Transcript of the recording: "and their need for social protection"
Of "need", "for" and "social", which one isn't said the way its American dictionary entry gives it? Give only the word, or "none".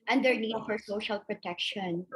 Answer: none